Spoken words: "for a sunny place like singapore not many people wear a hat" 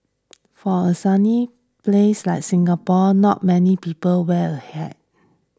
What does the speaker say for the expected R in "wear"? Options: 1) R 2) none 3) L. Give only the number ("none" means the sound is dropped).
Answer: 3